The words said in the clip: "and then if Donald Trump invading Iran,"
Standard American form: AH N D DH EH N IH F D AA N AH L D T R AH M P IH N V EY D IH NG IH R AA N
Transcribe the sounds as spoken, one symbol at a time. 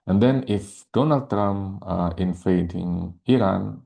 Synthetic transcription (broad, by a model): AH N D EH N IH F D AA N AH L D T R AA M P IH N F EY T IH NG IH R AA N